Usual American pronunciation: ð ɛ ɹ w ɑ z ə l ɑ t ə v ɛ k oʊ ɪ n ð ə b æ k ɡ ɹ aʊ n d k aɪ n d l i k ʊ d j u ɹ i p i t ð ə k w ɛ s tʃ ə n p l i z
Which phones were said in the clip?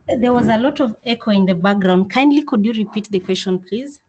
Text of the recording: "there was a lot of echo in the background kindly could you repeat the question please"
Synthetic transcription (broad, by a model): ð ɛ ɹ w ɑ z ə l ɑ t ə v ɛ k oʊ ɪ n ð ə b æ k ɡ ɹ aʊ n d k aɪ n d l i k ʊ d j u ɹ i p i t ð ə k w ɛ s tʃ ə n p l i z